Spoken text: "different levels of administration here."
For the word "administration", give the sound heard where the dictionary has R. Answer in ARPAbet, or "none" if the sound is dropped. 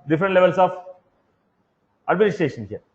R